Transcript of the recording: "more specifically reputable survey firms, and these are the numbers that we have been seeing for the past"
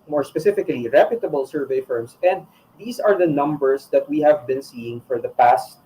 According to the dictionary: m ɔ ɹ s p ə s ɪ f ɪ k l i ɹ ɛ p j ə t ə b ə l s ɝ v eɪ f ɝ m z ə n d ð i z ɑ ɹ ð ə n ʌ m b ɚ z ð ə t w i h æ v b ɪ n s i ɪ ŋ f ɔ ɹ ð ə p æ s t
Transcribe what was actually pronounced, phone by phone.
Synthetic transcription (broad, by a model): m ɔ ɹ s p ə s ɪ f ɪ k l i ɹ ɛ p j ə t ə b ə l s ɝ v eɪ f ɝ m s ə n d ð i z ɑ ɹ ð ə n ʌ m b ɚ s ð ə t w i h æ v b ɪ n s i ɪ ŋ f ɔ ɹ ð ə p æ s t